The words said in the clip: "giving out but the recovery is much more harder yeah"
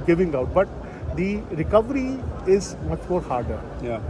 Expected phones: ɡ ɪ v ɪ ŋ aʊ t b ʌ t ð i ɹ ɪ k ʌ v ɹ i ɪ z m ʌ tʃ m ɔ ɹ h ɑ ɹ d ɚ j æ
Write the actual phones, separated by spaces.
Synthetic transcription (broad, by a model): ɡ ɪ v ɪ ŋ aʊ t b ʌ t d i ɹ ɪ k ʌ v ɹ i ɪ z m ʌ tʃ m ɔ ɹ h ɑ ɹ d ɚ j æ